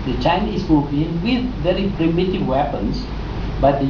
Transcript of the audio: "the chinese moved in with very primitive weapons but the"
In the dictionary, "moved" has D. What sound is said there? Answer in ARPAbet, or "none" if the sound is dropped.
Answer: none